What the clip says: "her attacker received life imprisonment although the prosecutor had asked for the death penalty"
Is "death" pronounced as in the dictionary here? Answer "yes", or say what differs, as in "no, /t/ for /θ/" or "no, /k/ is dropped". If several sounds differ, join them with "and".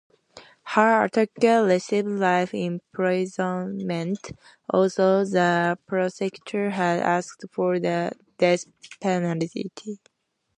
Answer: no, /s/ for /θ/